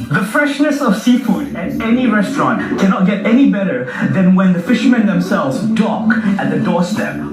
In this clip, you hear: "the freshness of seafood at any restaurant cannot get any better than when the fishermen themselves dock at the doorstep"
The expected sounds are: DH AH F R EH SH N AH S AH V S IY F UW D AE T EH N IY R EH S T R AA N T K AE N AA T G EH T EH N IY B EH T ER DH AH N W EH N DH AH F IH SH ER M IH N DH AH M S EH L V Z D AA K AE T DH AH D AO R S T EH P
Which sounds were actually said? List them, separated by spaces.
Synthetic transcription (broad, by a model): DH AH F R EH SH N AH S AH V S IY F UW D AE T EH N IY R EH S T R AA N T K AE N AA T G EH T EH N IY B EH T ER DH AH N W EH N DH AH F IH SH ER M IH N DH AH M S EH L V Z D AA K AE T DH AH D AO R S T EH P